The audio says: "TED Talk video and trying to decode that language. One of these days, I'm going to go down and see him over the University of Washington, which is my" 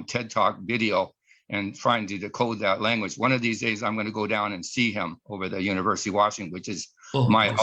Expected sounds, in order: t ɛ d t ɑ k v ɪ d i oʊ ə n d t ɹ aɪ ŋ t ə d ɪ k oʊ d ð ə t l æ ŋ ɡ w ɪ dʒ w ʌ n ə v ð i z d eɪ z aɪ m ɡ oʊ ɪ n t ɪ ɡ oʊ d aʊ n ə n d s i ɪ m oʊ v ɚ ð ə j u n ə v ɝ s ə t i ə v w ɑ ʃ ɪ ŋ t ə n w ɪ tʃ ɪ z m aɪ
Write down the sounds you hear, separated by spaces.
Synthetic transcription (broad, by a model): t ɛ d t ɑ k v ɪ d i oʊ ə n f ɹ aɪ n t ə d ɪ k oʊ d ð ə t l æ ŋ ɡ w ɪ dʒ w ʌ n ə v ð i z d eɪ z aɪ m ɡ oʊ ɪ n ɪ ɡ oʊ d aʊ n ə n s i ɪ m oʊ v ɚ ð ə j u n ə v ɝ s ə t i w ɑ ʃ ɪ ŋ w ɪ tʃ ɪ z m aɪ